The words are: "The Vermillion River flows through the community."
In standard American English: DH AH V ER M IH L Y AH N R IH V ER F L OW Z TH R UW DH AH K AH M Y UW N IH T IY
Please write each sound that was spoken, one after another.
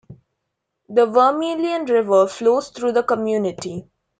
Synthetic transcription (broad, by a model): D AH V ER M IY L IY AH N R IH V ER F L OW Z T R UW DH AH K AH M Y UW N IH T IY